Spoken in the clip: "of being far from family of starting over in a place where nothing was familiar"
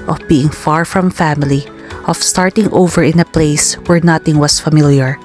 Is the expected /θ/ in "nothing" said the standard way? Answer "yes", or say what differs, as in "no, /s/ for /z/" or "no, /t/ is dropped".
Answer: no, /t/ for /θ/